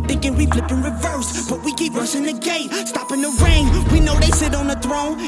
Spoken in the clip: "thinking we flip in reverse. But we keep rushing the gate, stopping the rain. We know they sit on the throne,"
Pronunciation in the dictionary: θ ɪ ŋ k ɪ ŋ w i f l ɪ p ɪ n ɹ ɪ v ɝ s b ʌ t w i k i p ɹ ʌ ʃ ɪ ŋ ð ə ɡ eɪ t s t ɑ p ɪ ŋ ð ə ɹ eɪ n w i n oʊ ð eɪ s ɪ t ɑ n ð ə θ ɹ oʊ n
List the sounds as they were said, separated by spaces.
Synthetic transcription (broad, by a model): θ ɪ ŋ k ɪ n w i f l ɪ p ɪ n ɹ ɪ v ɝ s b ʌ t w i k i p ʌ s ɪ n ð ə ɡ eɪ t s t ɑ p ɪ ŋ ð ə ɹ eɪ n w i n oʊ ð eɪ s ɪ t n ð ə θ ɹ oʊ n